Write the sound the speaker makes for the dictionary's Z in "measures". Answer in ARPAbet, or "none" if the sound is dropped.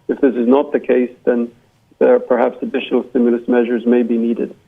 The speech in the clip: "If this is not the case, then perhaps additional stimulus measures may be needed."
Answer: Z